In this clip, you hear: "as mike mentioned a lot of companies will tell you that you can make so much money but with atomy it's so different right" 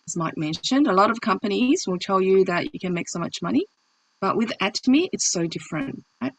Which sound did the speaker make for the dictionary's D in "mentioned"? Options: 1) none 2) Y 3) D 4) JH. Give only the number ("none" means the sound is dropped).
3